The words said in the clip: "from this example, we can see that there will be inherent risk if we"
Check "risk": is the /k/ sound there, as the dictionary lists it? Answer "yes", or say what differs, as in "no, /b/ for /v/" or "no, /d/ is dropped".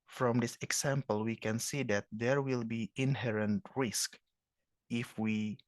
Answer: yes